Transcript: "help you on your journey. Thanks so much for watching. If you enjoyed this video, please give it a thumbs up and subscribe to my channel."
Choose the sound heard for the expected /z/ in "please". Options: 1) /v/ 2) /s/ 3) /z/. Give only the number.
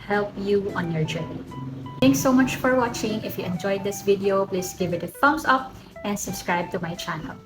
2